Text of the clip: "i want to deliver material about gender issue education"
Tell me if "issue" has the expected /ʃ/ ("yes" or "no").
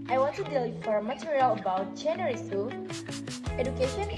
no